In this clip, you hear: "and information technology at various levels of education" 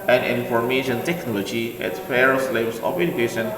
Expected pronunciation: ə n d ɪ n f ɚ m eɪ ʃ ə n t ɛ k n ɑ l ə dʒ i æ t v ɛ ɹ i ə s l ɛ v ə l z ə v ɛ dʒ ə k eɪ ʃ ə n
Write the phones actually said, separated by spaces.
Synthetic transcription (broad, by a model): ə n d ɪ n f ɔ m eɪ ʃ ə n t ɛ k n ɑ l ə dʒ i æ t f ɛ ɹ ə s l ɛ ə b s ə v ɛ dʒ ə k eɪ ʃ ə n